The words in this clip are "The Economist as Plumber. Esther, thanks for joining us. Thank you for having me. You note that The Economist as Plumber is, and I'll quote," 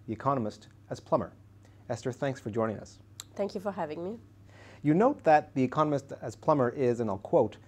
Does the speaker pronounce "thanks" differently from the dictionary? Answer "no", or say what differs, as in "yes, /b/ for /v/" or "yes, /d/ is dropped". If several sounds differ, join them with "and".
no